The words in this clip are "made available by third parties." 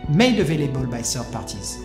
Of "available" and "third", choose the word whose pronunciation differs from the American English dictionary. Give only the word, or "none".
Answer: third